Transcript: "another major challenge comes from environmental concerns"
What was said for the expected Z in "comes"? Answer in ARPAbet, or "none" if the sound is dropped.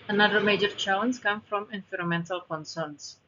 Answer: none